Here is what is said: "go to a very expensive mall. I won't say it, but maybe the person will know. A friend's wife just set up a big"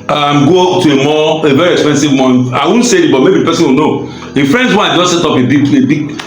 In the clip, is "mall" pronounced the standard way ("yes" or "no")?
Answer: no